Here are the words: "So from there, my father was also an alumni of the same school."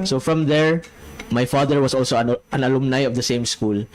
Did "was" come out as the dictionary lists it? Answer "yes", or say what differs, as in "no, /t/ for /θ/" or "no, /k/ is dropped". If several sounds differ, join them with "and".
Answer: no, /s/ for /z/